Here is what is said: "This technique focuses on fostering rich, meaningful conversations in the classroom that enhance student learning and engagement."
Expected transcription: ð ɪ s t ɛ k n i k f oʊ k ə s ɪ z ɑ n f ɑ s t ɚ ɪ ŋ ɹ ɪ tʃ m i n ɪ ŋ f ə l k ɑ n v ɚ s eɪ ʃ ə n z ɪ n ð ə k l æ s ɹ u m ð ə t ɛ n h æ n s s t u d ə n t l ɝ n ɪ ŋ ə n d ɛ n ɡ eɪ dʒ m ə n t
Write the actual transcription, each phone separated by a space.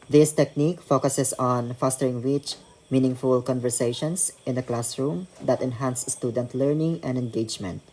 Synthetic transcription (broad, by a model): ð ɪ s t ɛ k n i k f oʊ k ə s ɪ s ɑ n f ɑ s t ɚ ɪ ŋ w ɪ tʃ m i n ɪ ŋ f ə l k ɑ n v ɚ s eɪ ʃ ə n s ɪ n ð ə k l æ s ɹ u m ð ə t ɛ n h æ n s s t u d ə n t l ɝ n ɪ ŋ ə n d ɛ n ɡ eɪ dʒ m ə n t